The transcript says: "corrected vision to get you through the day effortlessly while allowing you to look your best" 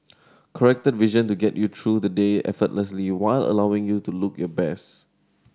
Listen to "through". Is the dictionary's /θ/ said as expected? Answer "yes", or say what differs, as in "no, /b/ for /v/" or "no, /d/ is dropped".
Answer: no, /t/ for /θ/